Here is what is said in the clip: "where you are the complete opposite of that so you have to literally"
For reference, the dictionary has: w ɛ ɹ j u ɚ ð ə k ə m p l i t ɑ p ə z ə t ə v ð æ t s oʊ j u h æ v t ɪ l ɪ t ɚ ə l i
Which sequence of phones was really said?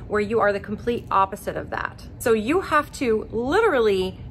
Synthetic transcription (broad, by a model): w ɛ ɹ j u ɚ ð ə k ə m p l i t ɑ p ə z ə t ə v ð æ t s oʊ j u h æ f t ɪ l ɪ t ɚ l i